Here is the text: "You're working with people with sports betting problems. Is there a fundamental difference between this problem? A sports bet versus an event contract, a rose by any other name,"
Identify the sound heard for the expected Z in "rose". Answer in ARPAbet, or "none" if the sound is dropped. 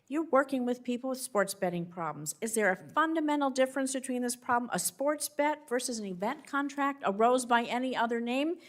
Z